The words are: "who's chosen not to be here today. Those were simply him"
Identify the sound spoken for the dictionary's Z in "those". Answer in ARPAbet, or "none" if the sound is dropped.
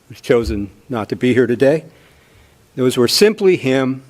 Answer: Z